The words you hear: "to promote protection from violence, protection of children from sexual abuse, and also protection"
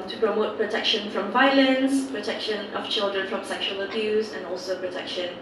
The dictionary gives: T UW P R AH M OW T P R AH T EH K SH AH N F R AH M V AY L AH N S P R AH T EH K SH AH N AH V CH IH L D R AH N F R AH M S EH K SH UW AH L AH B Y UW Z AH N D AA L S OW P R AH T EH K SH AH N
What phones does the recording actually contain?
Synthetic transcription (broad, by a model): T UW P R AH M OW T P R AH T EH K SH AH N F R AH M V AY L AH N S P R AH T EH K SH AH N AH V CH IH L D R AH N F R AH M S EH K SH UW AH L AH B Y UW Z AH N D AA L S OW P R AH T EH K SH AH N